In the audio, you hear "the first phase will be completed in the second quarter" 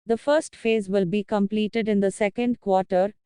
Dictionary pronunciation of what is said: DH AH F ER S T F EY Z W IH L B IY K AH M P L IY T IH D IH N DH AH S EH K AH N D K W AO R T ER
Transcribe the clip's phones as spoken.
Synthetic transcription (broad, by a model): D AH F ER S T F EY Z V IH L B IY K AH M P L IY T IH D IH N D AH S EH K AH N D K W AO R T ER